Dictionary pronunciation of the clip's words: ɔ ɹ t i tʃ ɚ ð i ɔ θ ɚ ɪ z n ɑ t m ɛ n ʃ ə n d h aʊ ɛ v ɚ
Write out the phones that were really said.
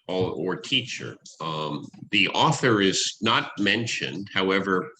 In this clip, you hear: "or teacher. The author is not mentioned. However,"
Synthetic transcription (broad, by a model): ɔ ɹ t i tʃ ɚ ð i ɔ θ ɚ ɪ z n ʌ t m ɛ n ʃ ə n d h aʊ ɛ v ɚ